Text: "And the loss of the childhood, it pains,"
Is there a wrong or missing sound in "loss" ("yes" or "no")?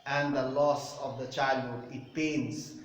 no